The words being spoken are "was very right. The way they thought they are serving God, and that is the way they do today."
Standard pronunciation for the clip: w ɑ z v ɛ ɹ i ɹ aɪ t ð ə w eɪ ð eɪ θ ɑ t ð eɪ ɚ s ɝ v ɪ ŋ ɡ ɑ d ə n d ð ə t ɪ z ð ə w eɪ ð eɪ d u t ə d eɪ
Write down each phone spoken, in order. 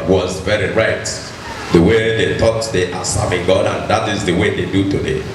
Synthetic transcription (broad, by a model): w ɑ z v ɛ ɹ i ɹ aɪ t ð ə w eɪ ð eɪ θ ɑ t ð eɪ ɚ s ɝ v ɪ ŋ ɡ ɑ d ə n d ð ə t ɪ z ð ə w eɪ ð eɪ d u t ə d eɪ